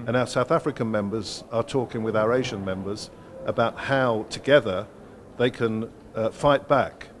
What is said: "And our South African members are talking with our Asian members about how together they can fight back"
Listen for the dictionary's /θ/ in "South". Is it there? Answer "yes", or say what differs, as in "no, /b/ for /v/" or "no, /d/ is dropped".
yes